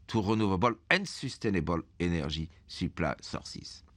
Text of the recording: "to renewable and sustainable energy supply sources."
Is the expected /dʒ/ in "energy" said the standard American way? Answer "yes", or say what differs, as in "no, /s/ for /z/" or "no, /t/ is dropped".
no, /ʒ/ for /dʒ/